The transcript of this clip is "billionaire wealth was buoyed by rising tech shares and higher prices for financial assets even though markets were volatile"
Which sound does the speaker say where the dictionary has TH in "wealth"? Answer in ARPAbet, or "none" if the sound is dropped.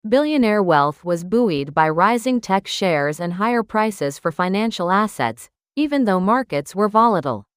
TH